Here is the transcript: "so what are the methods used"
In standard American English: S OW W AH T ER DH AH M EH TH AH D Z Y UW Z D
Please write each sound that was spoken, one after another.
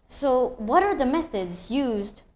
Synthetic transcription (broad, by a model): S OW W AH T ER DH AH M EH TH AH D Z Y UW Z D